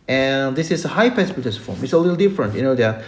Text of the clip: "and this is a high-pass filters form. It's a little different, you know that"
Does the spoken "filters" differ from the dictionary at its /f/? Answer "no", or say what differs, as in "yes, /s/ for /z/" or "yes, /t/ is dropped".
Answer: yes, /p/ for /f/